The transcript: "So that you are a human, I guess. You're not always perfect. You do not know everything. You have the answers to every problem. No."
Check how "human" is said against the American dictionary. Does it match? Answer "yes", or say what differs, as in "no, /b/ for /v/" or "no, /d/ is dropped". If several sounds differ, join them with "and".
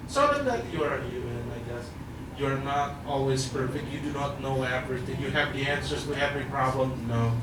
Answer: no, /m/ is dropped